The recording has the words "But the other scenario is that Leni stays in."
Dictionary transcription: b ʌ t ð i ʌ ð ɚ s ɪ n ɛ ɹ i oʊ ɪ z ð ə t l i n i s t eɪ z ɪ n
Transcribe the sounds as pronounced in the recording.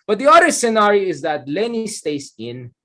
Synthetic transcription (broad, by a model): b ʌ t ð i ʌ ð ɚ s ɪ n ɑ ɹ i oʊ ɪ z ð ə t l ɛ n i s t eɪ s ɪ n